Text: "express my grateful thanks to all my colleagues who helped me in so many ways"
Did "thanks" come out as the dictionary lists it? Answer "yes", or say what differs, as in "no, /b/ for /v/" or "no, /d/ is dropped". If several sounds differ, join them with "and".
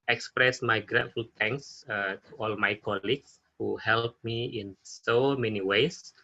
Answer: no, /t/ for /θ/